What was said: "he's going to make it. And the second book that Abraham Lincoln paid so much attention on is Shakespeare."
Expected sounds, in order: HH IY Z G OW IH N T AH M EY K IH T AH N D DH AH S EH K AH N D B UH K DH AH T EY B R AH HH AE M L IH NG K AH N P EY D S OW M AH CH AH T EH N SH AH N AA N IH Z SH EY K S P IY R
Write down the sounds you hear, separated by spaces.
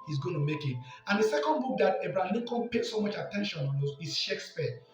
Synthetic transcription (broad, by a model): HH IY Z G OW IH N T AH M EY K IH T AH N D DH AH S EH K AH N D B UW K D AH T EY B R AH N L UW K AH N P EY S OW M AH CH AH T EH N SH AH N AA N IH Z SH EY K S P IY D